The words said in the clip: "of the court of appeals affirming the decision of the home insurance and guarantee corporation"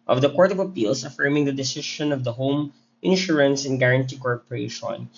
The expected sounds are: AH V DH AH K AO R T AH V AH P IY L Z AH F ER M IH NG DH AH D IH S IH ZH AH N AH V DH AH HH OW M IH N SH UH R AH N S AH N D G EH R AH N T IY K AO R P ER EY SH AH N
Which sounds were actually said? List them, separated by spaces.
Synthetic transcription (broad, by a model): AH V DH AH K AO R T AH V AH P IY L S AH F ER M IH NG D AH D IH S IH SH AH N AH V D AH HH OW M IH N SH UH R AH N S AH N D G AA R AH N T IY K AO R P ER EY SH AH N